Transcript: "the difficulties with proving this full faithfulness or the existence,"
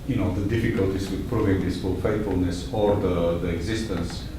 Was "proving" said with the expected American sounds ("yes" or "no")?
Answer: yes